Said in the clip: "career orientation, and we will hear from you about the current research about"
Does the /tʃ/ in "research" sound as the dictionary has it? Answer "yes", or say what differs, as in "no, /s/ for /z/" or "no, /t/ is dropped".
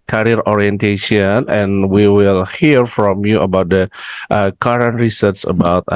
no, /s/ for /tʃ/